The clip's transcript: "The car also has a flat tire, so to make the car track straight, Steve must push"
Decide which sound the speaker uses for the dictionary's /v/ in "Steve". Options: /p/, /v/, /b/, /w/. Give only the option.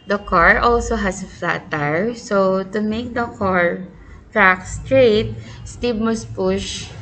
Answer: /b/